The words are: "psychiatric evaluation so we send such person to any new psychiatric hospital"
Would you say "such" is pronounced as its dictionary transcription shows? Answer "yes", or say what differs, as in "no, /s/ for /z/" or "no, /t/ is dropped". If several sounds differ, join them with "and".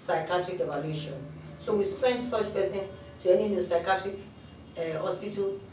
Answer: no, /s/ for /tʃ/